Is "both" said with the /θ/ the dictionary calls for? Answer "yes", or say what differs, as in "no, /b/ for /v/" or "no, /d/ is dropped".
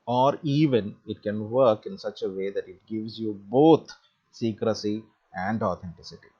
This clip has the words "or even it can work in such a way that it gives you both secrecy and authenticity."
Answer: no, /t/ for /θ/